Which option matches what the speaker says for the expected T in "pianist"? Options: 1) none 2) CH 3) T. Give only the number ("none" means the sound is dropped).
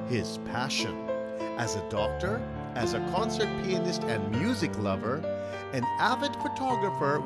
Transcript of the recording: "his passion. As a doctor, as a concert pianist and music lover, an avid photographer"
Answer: 3